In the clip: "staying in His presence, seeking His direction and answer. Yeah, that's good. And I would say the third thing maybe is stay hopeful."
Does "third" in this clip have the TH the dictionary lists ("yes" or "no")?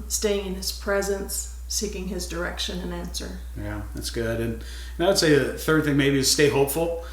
yes